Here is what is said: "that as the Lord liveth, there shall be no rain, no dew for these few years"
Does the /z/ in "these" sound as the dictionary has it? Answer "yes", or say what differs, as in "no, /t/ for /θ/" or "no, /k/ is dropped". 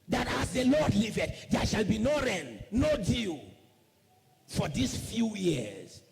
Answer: no, /s/ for /z/